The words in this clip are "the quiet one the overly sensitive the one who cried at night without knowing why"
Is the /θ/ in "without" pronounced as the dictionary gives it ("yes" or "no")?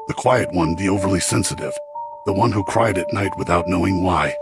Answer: yes